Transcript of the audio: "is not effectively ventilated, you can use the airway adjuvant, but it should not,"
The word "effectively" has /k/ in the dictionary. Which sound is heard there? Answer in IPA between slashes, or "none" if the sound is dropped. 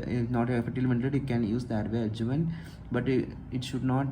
none